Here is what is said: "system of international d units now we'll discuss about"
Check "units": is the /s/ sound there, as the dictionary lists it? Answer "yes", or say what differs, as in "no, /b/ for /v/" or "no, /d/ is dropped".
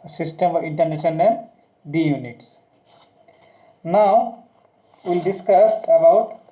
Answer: yes